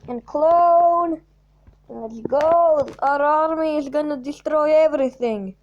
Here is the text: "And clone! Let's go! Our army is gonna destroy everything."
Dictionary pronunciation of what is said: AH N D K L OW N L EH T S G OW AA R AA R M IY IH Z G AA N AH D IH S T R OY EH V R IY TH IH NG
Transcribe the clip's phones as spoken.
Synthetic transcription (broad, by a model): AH N K L OW N N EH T G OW AA R AA R M IY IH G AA N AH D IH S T R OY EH V R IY TH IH NG